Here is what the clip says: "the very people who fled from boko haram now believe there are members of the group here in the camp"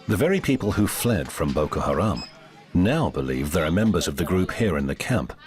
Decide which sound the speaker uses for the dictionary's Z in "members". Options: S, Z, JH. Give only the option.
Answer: Z